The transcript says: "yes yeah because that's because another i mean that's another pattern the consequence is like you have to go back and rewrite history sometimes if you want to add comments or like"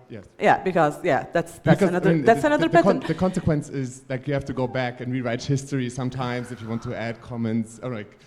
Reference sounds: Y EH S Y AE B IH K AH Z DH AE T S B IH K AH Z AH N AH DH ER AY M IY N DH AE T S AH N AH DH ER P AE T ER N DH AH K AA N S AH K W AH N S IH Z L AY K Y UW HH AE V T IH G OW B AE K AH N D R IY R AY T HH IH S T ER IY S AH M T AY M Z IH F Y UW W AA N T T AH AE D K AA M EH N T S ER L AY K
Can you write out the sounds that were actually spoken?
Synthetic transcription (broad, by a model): Y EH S Y AE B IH K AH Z DH AE T S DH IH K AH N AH AH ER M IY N DH AE T S AH N AH DH ER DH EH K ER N DH AH K AA N S AH K W AH N S IH Z L AY K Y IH HH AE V T IH G OW B AE K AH N R IY R AY T HH IH S T ER IY S AH M T AY M Z IH F Y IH W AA N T T AH AE D K AA M EH N T S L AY K